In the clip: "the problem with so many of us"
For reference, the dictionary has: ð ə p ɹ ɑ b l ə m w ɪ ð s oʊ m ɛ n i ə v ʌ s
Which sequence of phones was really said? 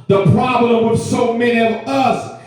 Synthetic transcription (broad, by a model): ð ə p ɹ ɑ b l ə m w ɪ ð s oʊ m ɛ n i ə v ʌ s